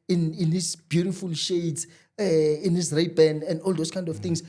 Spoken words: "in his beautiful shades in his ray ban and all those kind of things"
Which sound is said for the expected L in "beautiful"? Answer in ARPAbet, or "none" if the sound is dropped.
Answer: L